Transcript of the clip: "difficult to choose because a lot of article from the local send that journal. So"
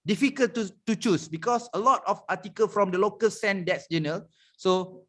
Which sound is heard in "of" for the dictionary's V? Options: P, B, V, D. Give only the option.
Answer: P